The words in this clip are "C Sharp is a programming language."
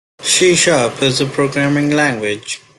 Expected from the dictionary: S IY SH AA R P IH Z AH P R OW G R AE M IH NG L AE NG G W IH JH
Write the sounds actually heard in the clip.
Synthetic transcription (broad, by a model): SH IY SH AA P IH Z AH P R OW G R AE M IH NG L AE NG G W IH JH